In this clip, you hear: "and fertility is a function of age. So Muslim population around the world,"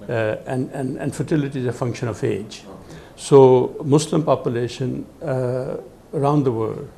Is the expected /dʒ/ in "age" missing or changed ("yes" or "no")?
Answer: no